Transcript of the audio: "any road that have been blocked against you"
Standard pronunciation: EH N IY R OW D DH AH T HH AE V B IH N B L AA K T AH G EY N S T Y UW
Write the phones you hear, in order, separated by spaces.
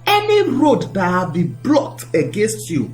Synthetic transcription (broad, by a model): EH N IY R OW D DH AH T HH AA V B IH B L AA T AH G EY N S T Y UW